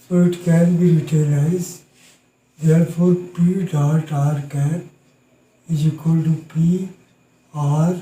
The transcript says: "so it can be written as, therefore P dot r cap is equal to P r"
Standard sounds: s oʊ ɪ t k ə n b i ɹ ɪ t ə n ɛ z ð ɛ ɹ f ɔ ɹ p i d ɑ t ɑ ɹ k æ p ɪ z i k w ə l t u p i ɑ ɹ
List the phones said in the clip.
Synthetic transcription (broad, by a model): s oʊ ɪ t k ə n b i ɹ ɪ t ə l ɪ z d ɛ ɹ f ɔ ɹ p i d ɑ t ɑ ɹ k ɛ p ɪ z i k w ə l t u p i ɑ ɹ